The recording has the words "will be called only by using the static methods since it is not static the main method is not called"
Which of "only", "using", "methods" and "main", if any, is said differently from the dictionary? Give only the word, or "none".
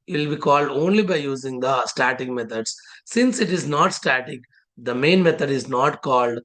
methods